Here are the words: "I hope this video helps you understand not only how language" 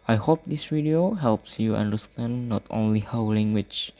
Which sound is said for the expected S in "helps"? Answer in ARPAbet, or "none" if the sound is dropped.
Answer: S